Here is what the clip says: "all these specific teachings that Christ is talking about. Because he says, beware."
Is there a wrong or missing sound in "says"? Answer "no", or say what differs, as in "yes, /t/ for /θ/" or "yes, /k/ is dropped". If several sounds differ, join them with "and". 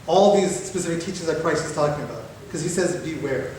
no